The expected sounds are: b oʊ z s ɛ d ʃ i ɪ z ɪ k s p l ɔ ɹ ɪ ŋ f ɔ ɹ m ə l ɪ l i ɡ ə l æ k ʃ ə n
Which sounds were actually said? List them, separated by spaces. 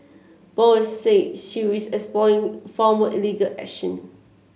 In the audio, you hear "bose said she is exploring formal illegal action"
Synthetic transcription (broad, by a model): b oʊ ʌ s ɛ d ʃ i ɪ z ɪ k s p l ɔ ɪ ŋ f ɔ m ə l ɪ l i ɡ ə l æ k ʃ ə n